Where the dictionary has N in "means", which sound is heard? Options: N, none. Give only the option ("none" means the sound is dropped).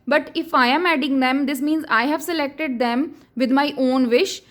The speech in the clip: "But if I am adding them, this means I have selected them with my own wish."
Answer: N